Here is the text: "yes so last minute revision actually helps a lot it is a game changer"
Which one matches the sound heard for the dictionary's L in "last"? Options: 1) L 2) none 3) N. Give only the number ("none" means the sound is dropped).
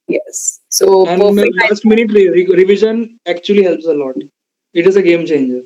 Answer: 3